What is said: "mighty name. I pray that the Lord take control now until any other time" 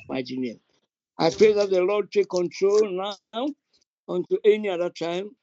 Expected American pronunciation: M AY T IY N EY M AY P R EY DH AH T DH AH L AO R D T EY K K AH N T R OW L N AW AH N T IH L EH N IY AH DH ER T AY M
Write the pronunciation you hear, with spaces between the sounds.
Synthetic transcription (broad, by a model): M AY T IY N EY AY P R EY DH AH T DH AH L AO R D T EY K K AH N T R OW L N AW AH N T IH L EH N IY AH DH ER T AY M